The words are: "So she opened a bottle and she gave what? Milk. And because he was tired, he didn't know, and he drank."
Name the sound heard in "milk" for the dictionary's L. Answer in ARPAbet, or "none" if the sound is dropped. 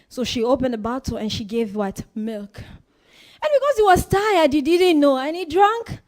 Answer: L